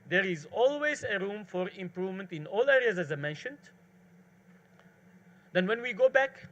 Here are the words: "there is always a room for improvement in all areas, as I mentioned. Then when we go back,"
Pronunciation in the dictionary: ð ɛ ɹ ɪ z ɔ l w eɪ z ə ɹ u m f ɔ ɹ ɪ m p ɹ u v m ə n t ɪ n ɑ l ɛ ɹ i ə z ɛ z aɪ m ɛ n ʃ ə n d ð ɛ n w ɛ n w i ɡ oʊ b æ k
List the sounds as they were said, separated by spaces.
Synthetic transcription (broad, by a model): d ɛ ɹ ɪ z ɔ l w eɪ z ə ɹ u m f ɔ ɹ ɪ m p ɹ u v m ə n t ɪ n ɑ l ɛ ɹ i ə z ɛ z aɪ m ɛ n ʃ ə n d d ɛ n w ɛ n w i ɡ oʊ b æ k